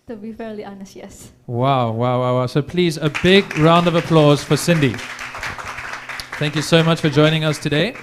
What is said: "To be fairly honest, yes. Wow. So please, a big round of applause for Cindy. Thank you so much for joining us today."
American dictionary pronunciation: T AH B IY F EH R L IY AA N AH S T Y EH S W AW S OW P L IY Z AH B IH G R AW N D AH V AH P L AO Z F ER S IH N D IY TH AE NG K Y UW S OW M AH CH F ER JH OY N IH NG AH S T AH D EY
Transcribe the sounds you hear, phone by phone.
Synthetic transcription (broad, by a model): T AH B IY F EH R L IY AA N AH S T Y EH S W AW S OW P L IY Z AH B IH G R AW N D AH V AH P L AO Z F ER S IH N D IY TH AE NG K Y UW S OW M AH CH F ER JH OY N IH NG AH S T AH D EY